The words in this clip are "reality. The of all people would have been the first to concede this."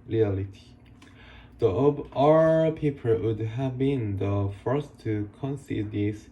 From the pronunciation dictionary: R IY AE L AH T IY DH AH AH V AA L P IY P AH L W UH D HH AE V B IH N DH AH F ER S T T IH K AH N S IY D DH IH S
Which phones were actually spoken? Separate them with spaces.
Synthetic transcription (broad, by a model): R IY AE L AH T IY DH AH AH B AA P IY P AH L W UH D HH AE V B IH N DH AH F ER S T T IH K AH N S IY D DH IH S